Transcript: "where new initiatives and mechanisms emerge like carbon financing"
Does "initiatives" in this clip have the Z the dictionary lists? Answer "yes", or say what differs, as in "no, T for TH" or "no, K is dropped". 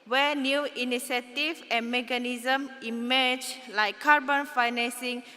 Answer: no, Z is dropped